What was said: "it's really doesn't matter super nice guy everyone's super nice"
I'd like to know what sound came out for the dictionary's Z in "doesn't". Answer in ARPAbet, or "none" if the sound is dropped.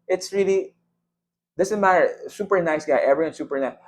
S